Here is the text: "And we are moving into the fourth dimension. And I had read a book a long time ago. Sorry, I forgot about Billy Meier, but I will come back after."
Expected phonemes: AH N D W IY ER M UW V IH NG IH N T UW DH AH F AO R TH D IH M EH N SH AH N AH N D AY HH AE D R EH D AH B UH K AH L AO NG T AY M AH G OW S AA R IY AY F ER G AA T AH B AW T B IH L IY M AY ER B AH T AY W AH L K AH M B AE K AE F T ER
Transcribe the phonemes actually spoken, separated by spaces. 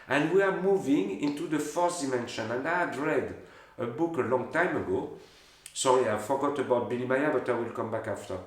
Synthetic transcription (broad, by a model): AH N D W IY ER M UW V IH NG IH N T UW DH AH F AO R S D IH M EH N SH AH N AH N D AY HH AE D R EH D AH B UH K AH L AO NG T AY M AH G OW S AA R IY AY F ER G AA T AH B AW T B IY L IY M AY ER B AH T AY W AH L K AH M B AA K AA F T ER